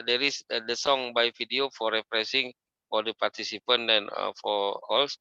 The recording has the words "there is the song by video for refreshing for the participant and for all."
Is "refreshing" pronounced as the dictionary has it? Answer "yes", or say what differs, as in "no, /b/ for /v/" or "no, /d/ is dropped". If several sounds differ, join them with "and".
no, /s/ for /ʃ/